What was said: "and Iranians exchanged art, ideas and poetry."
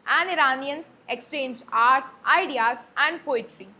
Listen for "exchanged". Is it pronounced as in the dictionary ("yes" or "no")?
no